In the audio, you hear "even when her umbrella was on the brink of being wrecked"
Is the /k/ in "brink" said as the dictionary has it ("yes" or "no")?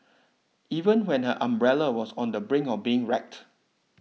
no